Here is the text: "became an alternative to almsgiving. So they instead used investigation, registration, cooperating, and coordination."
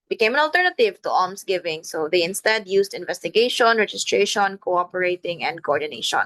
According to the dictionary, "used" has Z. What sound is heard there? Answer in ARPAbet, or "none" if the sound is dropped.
S